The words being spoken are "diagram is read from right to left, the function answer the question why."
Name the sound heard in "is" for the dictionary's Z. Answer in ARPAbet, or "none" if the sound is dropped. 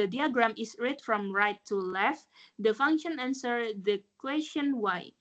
S